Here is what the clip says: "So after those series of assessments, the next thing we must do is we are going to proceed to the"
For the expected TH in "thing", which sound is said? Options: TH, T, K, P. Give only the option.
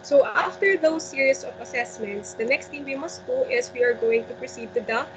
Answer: T